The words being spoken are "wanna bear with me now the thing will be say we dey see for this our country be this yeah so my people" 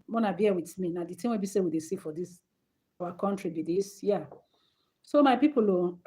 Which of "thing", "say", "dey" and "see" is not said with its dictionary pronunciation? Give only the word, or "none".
thing